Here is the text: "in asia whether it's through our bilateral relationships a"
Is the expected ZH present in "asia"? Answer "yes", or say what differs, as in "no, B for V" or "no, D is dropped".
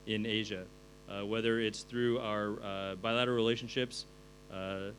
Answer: yes